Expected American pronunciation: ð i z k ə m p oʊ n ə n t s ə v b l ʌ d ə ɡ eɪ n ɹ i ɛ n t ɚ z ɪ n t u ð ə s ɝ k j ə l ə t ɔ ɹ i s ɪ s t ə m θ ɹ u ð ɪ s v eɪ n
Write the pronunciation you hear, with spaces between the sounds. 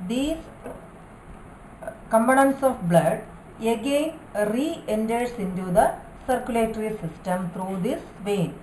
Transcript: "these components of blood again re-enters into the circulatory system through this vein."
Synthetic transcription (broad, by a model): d i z k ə m b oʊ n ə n s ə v b l ʌ d ə ɡ eɪ n ɹ i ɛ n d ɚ s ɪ n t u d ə s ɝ k j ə l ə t ɹ i s ɪ s t ə m t ɹ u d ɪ s v eɪ n